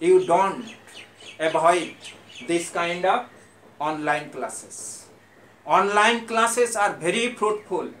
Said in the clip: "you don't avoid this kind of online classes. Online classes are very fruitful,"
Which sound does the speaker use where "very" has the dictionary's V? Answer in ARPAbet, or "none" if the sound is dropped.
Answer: B